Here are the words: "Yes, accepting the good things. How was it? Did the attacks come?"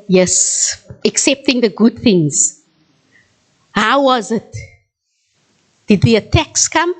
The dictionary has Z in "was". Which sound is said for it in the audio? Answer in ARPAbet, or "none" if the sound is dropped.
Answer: Z